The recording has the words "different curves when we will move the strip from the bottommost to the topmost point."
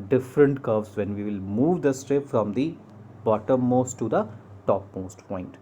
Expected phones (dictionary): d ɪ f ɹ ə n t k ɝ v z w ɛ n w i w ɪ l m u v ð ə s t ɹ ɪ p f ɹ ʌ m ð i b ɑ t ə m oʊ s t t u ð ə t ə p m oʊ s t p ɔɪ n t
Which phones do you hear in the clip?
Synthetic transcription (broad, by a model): d ɪ f ɹ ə n t k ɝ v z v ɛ n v i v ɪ l m u v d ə s t ɹ ɪ p f ɹ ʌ m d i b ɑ t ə m oʊ s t t u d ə t ə p m oʊ s t p ɔɪ n t